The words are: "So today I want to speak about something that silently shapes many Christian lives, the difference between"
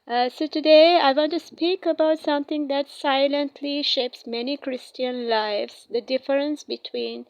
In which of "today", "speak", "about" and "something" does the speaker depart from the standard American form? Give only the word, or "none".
something